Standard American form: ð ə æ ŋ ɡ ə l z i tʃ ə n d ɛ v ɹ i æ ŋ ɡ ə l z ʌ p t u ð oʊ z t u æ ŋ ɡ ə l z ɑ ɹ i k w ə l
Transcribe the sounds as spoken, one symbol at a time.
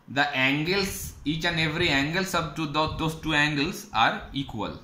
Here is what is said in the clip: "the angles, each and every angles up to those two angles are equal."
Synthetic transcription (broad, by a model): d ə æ ŋ ɡ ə l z i tʃ ə n d ɛ v ɹ i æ ŋ ɡ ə l s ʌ b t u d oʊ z t u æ ŋ ɡ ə l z ɑ ɹ i k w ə l